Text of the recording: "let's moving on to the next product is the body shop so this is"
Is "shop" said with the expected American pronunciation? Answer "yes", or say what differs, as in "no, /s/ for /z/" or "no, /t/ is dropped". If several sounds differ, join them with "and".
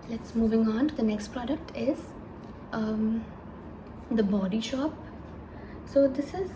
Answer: yes